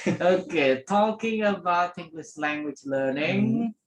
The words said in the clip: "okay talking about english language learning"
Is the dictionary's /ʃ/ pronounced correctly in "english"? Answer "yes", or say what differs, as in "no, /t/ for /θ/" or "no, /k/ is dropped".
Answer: no, /s/ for /ʃ/